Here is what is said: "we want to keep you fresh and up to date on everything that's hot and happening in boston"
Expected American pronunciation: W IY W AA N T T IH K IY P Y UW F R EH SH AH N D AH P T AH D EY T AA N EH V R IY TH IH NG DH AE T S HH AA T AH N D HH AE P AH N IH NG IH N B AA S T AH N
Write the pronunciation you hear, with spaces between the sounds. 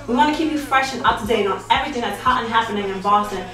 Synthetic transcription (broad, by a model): W IY W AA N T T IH K IY P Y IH F R EH SH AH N AH P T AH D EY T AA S EH V R IY TH IH NG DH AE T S HH AA T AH N HH AE P AH N IH NG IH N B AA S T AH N